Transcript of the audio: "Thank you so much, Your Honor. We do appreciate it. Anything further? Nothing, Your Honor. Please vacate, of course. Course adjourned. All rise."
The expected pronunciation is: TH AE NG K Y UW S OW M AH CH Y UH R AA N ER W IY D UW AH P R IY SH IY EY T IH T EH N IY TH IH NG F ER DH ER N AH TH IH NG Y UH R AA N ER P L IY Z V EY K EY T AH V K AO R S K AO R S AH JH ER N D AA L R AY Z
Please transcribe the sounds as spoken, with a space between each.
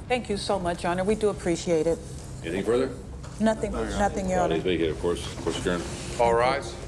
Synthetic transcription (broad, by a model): TH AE NG K Y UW S OW M AH CH AA N ER W IY D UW AH P R IY SH IY EY T IH T EH N IY TH IH NG F ER DH ER N AH TH IH NG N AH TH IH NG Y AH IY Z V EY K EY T AH V K AO R S K AO R S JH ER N AA L R AY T